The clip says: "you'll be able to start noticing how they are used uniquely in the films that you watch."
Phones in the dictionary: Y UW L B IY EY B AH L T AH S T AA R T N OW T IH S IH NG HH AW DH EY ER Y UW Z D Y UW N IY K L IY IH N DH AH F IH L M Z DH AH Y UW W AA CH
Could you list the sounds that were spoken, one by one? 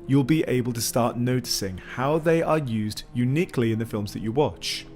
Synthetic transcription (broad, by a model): Y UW L B IY EY B AH L T AH S T AA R T N OW T IH S IH NG HH AW DH EY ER Y UW Z D Y UW N IY K L IY IH N DH AH F IH L M Z DH AH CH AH W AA CH